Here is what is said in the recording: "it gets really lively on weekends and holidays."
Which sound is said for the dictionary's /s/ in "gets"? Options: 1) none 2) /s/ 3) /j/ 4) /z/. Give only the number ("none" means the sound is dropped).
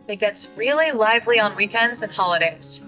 2